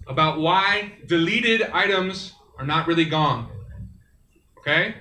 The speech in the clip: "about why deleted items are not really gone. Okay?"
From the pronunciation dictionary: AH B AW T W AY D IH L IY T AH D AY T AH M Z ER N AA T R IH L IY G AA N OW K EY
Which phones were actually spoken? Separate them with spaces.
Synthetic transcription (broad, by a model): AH B AW T W AY D IH L IY T AH D AY T AH M Z ER N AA T R IH L IY G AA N OW K EY